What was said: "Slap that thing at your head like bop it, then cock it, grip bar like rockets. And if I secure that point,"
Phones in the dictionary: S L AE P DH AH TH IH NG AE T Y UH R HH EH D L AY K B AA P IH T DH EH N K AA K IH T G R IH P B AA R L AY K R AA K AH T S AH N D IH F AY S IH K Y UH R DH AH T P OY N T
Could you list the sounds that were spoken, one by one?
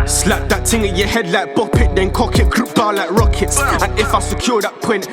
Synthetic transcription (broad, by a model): S L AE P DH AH T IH NG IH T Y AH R HH EH D L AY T B AA P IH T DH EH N K AA K IH T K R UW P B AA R L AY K R AA K AH T S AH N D IH F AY S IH K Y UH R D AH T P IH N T